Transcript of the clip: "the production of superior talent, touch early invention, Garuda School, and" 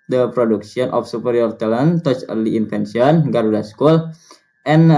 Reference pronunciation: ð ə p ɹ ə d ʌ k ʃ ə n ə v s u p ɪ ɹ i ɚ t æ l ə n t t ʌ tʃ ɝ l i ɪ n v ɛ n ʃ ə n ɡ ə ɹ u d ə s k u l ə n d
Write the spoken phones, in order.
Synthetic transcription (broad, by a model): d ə p ɹ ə d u k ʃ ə n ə f s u p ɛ ɹ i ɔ t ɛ l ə n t t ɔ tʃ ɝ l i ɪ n f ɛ n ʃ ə n ɡ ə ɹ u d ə s k u l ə n